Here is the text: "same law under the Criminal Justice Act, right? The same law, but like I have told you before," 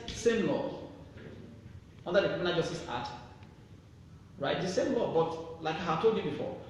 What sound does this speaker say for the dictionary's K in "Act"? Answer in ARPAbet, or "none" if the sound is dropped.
none